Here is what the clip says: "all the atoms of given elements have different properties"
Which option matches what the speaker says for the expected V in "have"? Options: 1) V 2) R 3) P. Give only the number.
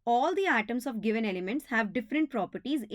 1